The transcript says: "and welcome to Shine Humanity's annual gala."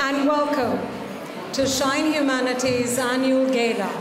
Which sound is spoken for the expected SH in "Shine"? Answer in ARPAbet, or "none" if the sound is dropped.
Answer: SH